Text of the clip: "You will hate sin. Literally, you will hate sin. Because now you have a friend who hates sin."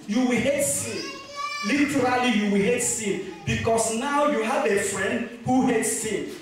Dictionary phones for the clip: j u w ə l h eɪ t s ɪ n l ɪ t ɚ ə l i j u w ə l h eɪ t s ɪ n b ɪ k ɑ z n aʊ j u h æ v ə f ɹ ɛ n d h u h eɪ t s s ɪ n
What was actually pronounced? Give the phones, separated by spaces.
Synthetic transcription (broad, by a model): j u w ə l h eɪ t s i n l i t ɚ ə l i j u w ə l h eɪ t s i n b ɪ k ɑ s n aʊ j u h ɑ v ə f ɹ ɛ n d h u h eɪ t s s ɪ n